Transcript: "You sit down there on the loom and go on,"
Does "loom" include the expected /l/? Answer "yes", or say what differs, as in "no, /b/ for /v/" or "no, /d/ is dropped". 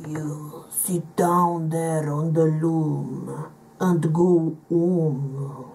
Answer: yes